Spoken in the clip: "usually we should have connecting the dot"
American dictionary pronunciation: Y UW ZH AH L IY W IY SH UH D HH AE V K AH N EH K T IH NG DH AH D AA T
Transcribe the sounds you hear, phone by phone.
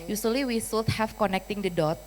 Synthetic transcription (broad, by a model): Y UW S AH L IY W IY S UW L HH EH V K AH N EH K T IH NG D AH D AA T